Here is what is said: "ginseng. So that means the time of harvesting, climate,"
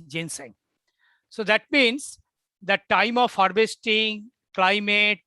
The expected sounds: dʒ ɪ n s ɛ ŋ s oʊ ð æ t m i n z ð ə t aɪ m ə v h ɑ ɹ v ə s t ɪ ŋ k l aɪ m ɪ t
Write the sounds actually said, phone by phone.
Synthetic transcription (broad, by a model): dʒ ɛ n s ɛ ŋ s oʊ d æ t m i n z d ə t aɪ m ə v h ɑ ɹ b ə s t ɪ ŋ k l aɪ m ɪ t